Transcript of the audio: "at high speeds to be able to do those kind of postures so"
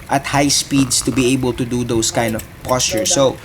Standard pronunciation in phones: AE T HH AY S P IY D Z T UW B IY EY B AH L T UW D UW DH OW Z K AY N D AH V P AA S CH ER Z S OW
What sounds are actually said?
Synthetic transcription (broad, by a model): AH T HH AY S P IY D S T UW B IY EY B AH L T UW D UW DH OW S K AY N D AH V P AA S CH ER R S OW